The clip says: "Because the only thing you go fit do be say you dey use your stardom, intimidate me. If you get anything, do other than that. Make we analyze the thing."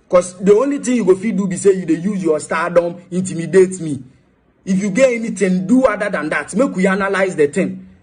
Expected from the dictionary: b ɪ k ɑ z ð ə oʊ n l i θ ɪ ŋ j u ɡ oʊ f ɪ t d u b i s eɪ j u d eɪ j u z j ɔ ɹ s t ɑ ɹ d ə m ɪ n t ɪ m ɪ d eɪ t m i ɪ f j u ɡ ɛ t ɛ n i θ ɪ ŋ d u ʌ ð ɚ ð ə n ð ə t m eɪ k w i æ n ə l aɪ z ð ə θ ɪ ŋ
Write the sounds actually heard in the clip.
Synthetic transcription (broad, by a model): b k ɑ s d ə oʊ n l i t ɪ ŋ j u ɡ oʊ f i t d u b i s eɪ j u d eɪ j u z j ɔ s t ɑ d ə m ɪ n t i m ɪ d eɪ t m i ɪ f j u ɡ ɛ ɛ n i t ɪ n d u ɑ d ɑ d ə n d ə t m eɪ k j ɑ n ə l aɪ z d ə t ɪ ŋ